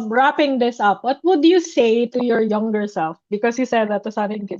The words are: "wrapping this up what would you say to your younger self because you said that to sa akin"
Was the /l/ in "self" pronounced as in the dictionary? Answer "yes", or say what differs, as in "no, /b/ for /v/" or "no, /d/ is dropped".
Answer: yes